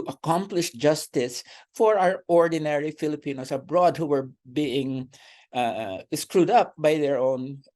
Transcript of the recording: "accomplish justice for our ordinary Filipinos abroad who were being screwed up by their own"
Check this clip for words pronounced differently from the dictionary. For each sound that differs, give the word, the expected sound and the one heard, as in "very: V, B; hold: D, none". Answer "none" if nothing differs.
filipinos: Z, S